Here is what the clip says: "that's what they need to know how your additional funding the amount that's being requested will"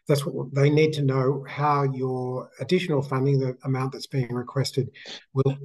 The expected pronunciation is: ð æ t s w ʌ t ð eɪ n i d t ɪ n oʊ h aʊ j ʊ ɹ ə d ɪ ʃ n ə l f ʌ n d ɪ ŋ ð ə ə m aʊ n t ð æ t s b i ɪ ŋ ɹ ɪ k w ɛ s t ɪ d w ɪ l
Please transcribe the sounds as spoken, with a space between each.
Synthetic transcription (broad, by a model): ð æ t s w ʌ t ð eɪ n i d t ɪ n oʊ h aʊ j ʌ ɹ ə d ɪ ʃ n l f ʌ n d ɪ ŋ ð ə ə m aʊ n ð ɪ t s b i ɪ ŋ ɹ ɪ k w ɛ s t ɪ d w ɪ l